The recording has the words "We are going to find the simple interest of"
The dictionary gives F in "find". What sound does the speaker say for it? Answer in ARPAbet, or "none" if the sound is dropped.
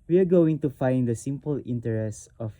F